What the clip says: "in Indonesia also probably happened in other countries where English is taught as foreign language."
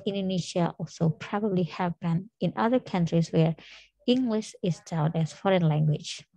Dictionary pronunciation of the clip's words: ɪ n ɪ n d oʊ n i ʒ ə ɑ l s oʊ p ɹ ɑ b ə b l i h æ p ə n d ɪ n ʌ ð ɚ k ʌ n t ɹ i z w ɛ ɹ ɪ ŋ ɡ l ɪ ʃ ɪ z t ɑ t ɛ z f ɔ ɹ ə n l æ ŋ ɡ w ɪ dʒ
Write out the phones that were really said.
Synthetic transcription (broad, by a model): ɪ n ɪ n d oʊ n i ʃ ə ɑ l s oʊ p ɹ ɑ b ə b l i h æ b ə n ɪ n ʌ ð ɚ k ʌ n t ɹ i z w ɛ ɹ ɪ ŋ ɡ l ɪ ʃ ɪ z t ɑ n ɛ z f ɔ ɹ ə n l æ ŋ ɡ w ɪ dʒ